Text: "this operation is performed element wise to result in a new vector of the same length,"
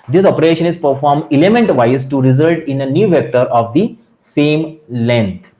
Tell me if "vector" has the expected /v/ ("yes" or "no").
yes